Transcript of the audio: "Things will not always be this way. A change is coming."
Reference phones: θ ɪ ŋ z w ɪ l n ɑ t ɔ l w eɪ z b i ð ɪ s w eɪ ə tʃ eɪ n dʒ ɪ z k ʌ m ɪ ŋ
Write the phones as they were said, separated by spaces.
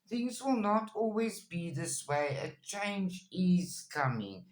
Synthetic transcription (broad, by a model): θ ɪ ŋ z w ɪ l n ɑ t ɔ l w eɪ z b i ð ɪ s w eɪ ə tʃ eɪ n dʒ ɪ z k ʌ m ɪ ŋ